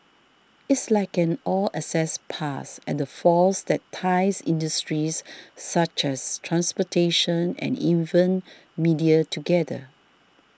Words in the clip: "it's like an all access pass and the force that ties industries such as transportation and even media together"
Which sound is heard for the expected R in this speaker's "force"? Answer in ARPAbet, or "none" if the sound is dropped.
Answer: L